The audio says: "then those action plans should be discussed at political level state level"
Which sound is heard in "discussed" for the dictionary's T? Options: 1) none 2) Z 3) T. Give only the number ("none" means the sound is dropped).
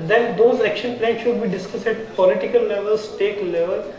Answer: 1